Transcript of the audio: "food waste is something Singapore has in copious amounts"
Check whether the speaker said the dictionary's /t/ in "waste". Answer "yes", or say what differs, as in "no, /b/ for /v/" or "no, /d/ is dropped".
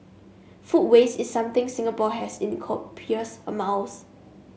no, /t/ is dropped